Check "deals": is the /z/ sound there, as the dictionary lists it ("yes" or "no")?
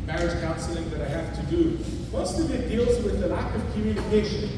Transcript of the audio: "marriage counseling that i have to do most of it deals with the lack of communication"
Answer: yes